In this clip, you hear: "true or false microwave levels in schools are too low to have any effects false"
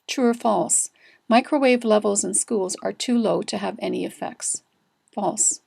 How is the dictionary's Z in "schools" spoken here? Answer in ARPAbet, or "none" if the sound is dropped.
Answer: Z